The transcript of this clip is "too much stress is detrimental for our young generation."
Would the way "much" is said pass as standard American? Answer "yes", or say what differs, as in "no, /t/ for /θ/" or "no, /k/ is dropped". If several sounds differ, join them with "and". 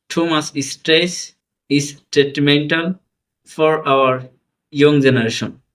no, /s/ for /tʃ/